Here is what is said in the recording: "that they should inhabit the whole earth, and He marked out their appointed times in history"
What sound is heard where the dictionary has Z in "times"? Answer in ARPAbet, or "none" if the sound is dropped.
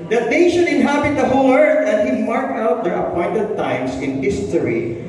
S